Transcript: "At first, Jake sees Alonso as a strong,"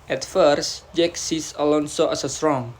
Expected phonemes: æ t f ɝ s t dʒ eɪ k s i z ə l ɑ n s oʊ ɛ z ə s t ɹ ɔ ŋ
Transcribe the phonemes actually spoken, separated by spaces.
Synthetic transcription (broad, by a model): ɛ t f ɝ s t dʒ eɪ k s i s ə l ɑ n s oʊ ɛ s ə s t ɹ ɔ ŋ